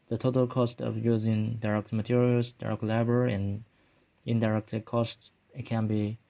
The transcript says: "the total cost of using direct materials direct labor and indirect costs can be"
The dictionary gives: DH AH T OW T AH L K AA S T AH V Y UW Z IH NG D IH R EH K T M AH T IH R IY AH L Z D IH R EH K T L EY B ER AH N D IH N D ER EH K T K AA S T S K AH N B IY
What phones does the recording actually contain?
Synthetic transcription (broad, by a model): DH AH T OW T AH L K AA S T AH V Y UW Z IH NG D IH R EH K T M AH T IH R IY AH L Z D IH R EH K T L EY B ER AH N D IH N D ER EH K T K AA S T S K AH N B IY